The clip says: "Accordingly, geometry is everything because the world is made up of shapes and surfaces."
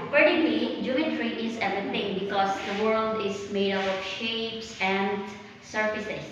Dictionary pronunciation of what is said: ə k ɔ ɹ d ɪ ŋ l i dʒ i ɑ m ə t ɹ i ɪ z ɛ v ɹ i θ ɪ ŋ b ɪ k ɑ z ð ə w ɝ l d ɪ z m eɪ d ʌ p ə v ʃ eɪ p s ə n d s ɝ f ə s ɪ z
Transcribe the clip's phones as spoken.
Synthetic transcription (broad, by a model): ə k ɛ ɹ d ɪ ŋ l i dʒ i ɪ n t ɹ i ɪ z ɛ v i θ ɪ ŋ b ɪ k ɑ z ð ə w ɝ l d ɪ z m eɪ d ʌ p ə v ʃ eɪ p s ə n d s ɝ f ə s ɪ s